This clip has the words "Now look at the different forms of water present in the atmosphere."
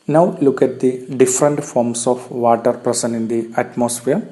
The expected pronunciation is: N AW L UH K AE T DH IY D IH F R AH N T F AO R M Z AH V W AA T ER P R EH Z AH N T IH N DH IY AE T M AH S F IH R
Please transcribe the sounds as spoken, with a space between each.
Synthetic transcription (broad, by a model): N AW L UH K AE T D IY D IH F R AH N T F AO R M S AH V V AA T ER P R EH S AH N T IH N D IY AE T M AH S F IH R